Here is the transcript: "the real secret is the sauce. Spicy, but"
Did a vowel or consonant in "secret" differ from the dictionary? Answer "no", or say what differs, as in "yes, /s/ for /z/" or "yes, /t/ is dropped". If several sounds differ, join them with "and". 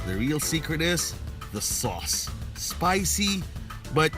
no